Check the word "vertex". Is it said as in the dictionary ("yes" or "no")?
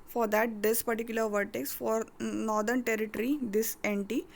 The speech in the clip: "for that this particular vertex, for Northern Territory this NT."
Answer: yes